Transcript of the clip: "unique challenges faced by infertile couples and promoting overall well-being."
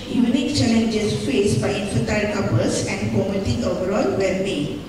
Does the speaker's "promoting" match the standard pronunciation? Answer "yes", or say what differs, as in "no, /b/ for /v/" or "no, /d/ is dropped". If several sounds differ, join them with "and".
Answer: no, /ɹ/ is dropped